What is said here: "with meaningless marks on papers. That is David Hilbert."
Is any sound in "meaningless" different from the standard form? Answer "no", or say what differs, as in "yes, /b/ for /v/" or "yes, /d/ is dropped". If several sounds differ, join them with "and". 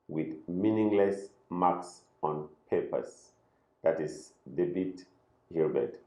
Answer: no